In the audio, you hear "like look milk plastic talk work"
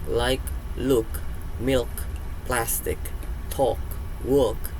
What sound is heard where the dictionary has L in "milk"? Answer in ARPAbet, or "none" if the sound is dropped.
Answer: L